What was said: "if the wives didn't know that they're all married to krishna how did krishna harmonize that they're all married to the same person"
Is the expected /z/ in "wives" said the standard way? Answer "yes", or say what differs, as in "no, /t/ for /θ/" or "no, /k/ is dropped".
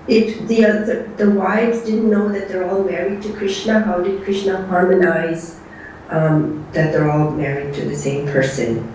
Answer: yes